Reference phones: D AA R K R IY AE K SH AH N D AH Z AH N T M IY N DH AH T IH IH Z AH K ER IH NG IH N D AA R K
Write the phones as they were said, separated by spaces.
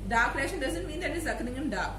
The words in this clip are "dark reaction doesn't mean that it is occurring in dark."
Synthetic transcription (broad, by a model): D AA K L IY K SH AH N D AH Z AH N T M IY N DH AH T IH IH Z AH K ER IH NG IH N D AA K